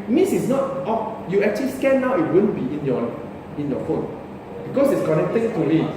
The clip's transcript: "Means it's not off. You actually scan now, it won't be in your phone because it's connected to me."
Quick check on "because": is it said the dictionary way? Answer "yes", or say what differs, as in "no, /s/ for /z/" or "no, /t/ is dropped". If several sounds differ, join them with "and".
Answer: no, /s/ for /z/